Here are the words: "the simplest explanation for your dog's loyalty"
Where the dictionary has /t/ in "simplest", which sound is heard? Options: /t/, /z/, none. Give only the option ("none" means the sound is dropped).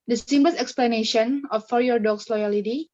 none